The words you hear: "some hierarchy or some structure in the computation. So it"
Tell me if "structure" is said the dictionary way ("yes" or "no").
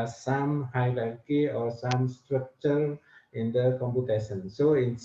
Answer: yes